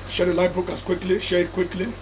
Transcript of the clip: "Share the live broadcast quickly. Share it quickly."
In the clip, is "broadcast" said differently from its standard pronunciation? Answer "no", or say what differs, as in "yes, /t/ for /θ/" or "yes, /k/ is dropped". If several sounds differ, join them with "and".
yes, /ɹ/ is dropped